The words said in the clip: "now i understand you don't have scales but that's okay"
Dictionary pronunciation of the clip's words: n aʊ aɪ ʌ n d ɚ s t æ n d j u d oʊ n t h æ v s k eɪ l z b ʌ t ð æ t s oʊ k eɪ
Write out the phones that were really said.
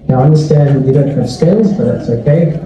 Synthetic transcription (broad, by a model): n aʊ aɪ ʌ n d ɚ s t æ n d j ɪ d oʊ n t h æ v s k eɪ n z b ʌ t ð æ t s oʊ k eɪ